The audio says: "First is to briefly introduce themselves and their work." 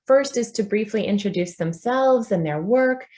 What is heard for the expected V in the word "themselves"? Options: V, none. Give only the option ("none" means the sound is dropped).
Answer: V